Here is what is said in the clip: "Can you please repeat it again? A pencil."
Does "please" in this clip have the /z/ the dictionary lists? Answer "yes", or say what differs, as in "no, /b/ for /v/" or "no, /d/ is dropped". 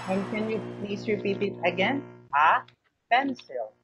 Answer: no, /s/ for /z/